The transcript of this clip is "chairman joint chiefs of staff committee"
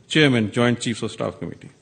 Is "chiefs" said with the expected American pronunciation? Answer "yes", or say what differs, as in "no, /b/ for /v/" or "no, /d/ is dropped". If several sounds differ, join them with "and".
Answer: yes